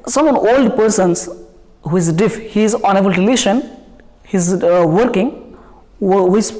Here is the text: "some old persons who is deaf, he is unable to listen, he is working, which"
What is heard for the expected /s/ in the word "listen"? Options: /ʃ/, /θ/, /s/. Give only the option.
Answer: /ʃ/